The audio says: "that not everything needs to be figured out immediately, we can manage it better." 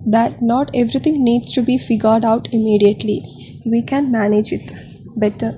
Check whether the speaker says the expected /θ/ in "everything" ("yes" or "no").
no